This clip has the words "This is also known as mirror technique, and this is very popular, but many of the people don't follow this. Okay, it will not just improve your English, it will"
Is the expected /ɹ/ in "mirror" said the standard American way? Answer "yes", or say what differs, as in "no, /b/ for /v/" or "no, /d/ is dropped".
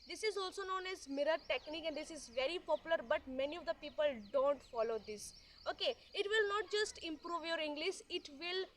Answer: yes